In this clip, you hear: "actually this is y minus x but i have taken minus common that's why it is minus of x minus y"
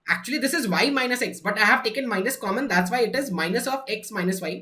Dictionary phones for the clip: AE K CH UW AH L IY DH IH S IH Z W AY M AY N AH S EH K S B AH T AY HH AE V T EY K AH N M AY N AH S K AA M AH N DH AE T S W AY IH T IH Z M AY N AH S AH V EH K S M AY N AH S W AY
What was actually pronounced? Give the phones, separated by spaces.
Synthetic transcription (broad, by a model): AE K CH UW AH L IY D IH S IH Z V AY M AY N AH S EH K S B AH T AY HH AE V T EY K AH N M AY N AH S K AA M AH N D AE T S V AY IH T IH Z M AY N AH S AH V EH K S M AY N AH S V AY